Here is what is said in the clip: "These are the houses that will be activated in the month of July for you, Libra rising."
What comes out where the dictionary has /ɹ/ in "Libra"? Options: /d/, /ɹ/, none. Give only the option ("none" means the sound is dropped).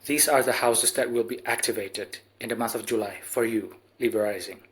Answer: none